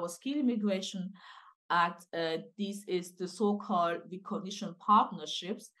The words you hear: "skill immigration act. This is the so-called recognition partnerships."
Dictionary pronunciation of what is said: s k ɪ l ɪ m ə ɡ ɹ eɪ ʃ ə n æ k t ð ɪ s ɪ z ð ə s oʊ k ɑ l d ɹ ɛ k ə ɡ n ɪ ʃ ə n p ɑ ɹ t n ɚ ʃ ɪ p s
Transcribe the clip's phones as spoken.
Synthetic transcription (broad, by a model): s k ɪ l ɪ m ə ɡ ɹ eɪ ʃ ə n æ t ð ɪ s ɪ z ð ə s oʊ k ɑ l d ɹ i k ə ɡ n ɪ ʃ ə n p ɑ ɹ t n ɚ ʃ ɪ p s